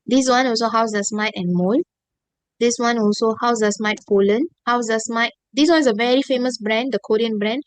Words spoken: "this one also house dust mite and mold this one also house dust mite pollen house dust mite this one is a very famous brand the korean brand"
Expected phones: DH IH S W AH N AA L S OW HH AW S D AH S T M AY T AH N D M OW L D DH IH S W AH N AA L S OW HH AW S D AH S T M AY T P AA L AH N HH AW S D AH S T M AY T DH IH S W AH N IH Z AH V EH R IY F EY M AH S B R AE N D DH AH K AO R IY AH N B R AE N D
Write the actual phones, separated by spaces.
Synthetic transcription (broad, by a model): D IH S W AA N AA L S OW HH AW S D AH S M AY T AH N M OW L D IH S W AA N AA L S OW HH AW S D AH S M AY T F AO L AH N HH AW S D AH S M AY T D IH S W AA N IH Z AH V EH R IY F EY M AH S B R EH N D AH K AO R IY AH N B R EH N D